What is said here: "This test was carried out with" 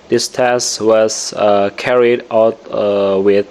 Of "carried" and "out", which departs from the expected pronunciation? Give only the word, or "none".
none